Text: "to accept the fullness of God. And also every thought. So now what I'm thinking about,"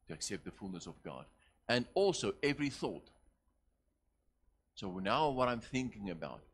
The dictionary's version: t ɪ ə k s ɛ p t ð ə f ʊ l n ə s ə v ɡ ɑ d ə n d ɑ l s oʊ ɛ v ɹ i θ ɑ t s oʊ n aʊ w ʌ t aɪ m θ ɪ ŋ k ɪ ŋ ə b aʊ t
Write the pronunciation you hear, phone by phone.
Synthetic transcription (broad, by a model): t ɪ ə k s ɛ p t ð ə f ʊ l n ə s ə v ɡ ɑ d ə n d ɑ l s oʊ ɛ v ɹ i θ ɑ t s oʊ n aʊ w ʌ t aɪ m θ ɪ ŋ k ɪ ŋ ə b aʊ t